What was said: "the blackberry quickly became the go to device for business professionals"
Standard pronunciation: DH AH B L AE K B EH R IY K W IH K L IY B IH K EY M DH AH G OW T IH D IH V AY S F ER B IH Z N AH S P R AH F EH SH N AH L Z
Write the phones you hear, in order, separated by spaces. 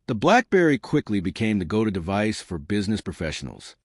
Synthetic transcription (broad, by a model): DH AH B L AE K B EH R IY K W IH K L IY B IH K EY M DH AH G OW T IH D IH V AY S F ER B IH Z N AH S P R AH F EH SH N L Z